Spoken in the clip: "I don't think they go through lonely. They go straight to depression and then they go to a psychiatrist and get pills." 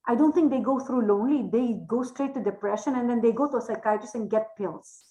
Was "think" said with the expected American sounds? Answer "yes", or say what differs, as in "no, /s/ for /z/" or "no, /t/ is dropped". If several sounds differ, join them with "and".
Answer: no, /t/ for /θ/